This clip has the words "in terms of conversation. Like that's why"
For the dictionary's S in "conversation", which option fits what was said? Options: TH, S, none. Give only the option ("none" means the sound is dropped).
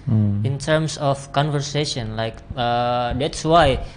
S